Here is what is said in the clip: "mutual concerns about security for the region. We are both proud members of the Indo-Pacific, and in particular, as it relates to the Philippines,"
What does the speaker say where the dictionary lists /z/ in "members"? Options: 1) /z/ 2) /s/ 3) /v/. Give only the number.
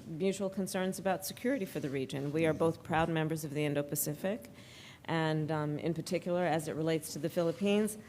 1